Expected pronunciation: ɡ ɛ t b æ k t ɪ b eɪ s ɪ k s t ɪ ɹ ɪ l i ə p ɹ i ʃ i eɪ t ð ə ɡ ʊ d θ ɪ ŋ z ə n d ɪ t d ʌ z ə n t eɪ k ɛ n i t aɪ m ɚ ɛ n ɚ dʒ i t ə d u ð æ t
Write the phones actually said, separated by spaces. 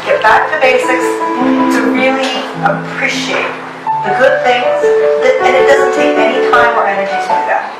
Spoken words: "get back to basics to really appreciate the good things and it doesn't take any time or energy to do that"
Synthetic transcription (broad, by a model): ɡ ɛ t b æ k t ɪ b eɪ s ɪ k s t ɪ ɹ ɪ l i ə p ɹ i ʃ i eɪ t ð ə ɡ ʊ d θ ɪ ŋ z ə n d ɪ t d ʌ z ə n t eɪ k ɛ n i t aɪ m ɚ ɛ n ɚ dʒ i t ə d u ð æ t